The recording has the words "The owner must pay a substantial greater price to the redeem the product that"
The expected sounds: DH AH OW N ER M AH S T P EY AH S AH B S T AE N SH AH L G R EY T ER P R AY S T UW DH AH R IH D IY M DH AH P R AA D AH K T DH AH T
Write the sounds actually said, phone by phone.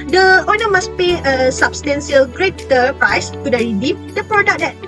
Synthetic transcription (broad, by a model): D AH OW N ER M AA S P EY AH S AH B S T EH N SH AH L G R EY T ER P R AY S T UW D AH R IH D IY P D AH P R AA D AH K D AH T